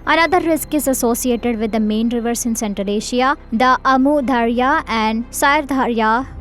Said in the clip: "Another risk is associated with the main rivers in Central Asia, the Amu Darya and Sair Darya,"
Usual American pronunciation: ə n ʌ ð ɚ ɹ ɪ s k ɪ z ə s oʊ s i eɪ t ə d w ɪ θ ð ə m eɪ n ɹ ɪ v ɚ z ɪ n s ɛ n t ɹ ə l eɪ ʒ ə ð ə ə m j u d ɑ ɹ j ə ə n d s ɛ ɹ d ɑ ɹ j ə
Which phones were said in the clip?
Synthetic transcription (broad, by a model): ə n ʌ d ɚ ɹ ɪ s k ɪ z ə s oʊ s i eɪ t ə d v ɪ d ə m eɪ n ɹ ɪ v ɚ s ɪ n s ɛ n t ə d eɪ ʃ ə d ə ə m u d ɑ ɹ j ə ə n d s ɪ ɹ d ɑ ɹ j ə